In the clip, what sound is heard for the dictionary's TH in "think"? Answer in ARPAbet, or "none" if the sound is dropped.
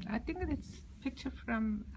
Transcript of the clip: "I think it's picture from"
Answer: T